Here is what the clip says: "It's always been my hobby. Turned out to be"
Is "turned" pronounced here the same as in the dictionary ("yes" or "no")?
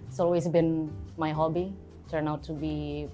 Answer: no